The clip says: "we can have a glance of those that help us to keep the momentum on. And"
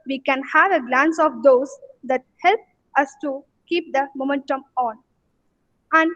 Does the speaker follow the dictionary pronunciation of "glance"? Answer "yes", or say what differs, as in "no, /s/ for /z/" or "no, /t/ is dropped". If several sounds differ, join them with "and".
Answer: yes